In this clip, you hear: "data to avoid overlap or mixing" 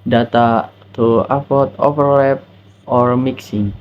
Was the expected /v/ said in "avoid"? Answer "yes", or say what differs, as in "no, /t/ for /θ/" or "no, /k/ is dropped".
no, /p/ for /v/